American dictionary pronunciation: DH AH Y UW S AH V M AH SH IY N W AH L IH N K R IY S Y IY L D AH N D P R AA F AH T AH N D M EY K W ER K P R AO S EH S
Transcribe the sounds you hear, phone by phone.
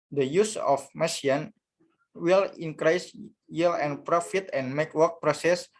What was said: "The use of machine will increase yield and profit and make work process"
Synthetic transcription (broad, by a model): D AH Y UW S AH F M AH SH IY N W AH L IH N K R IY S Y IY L AH N P R AA F AH T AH N M EY K W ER K P R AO S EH S